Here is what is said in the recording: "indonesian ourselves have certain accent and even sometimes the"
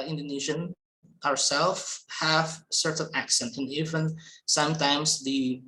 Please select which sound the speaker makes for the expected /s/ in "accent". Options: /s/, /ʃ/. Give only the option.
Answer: /s/